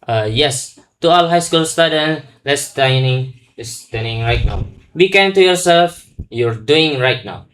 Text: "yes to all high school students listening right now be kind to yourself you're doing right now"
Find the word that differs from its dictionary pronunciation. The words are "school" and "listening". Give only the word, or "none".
listening